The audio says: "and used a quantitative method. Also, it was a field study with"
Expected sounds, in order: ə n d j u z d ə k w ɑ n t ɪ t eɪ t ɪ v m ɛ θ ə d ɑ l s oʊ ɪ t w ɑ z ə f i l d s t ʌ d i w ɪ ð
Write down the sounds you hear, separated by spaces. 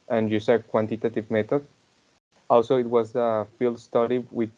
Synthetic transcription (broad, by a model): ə n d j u s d k w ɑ n t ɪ t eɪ t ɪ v m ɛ t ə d ɑ l s oʊ ɪ t w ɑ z ə f i l d s t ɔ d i w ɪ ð